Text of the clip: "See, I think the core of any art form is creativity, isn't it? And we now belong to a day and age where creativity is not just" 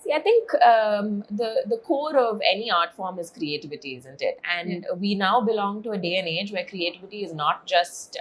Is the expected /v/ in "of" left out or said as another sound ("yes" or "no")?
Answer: no